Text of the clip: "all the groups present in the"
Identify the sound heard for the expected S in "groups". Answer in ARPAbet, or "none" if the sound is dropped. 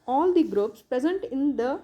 S